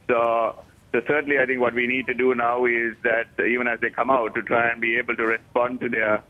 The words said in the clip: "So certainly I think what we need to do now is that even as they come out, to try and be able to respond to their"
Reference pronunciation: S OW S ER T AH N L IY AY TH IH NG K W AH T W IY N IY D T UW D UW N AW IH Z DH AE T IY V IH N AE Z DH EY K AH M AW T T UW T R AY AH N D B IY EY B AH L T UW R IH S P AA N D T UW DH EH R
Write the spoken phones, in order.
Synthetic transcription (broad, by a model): S OW S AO S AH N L IY AY T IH NG K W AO T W IY N IY D T UW D UW N AW IH Z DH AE T IY V IH N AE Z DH EY K AH M AW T T UW T R AY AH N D B IY EY B AH L T UW R IH S P AA N D T UW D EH